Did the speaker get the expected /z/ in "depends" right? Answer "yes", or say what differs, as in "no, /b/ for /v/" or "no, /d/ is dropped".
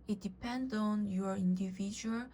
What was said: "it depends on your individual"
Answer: no, /z/ is dropped